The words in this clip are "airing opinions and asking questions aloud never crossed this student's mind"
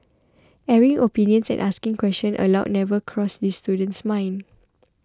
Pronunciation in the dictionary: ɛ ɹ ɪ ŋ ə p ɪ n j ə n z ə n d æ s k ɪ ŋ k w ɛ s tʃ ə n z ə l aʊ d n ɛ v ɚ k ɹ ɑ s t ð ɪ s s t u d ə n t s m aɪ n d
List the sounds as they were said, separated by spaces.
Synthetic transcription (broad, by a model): ɛ ɹ ɪ ŋ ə p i n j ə n s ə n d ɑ s k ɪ ŋ k w ɛ s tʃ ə n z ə l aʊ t n ɛ v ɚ k ɹ ɑ s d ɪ s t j u d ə n t s m aɪ n